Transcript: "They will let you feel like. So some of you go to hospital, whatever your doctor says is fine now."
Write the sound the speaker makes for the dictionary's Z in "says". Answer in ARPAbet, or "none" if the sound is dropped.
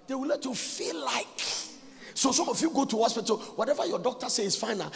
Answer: none